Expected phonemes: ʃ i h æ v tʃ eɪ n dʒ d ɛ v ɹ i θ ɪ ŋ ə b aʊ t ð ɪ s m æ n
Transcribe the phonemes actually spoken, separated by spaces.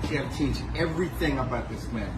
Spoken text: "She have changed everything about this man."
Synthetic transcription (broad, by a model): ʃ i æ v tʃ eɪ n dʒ ɛ v ɹ i θ ɪ ŋ ə b aʊ t ð ɪ s m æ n